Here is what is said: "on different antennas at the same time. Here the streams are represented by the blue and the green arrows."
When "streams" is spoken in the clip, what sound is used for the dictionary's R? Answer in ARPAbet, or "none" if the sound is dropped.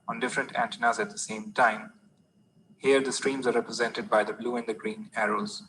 R